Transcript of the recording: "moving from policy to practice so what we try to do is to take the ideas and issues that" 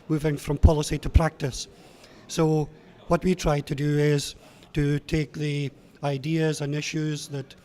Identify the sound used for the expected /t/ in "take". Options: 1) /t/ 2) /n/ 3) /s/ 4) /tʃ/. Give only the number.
1